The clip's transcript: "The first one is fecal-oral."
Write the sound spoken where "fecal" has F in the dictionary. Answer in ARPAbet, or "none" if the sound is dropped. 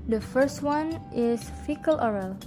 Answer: F